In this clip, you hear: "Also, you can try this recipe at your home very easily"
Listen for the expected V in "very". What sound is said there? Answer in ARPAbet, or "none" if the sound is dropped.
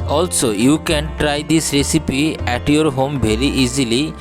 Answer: B